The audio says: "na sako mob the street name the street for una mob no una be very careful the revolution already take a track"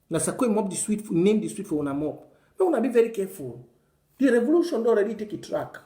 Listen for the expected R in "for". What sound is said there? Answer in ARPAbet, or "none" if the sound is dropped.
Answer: W